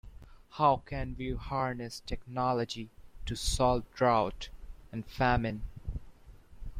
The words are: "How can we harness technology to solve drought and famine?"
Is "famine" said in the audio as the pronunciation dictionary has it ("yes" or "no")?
yes